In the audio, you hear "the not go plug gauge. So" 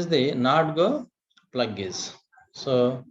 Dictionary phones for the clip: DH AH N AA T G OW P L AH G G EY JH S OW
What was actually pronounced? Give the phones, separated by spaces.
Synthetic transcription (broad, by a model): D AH N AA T G OW P L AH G G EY Z S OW